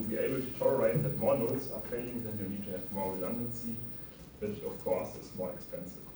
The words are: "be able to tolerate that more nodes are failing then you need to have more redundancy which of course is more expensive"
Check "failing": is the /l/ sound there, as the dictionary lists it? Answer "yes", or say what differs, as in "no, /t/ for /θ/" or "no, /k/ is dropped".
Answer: no, /l/ is dropped